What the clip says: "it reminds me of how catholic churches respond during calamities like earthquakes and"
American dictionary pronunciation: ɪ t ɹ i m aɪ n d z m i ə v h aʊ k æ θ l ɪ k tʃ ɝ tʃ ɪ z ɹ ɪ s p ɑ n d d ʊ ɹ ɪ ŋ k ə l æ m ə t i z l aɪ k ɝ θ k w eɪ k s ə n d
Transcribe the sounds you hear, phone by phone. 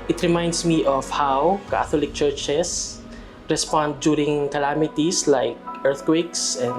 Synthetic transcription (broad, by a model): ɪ t ɹ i m aɪ n d s m i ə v h aʊ k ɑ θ l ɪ k tʃ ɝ tʃ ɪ s ɹ ɪ s p ɑ n d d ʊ ɹ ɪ ŋ k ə l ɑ m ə t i s l aɪ k ɝ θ k w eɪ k s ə n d